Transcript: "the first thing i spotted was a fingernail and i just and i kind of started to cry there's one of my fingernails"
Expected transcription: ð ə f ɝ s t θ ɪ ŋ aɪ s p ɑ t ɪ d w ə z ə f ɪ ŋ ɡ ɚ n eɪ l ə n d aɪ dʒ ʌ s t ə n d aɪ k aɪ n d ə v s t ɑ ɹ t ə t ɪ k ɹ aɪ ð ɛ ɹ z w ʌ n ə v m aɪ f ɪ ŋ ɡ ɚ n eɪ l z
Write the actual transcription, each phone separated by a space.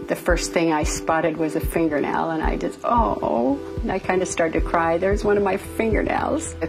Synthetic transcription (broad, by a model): ð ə f ɝ s t θ ɪ ŋ aɪ s p ɑ t ɪ d w ə z ə f ɪ ŋ ɡ ɚ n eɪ l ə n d aɪ dʒ ʌ s t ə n aɪ k aɪ n d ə s t ɑ ɹ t t ɪ k ɹ aɪ ð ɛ ɹ z w ʌ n ə v m aɪ f ɪ ŋ ɡ ɚ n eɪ l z